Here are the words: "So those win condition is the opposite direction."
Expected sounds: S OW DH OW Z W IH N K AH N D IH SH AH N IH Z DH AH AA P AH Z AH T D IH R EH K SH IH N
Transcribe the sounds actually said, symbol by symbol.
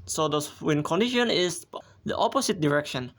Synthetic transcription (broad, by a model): S OW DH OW W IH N K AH N D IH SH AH N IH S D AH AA P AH S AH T D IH R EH K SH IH N